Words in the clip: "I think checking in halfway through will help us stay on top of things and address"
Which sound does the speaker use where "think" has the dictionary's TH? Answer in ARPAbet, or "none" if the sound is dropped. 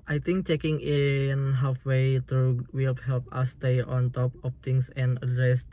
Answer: T